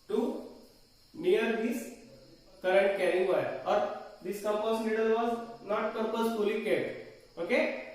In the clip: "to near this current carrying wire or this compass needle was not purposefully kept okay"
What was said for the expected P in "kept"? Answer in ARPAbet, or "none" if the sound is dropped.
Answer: none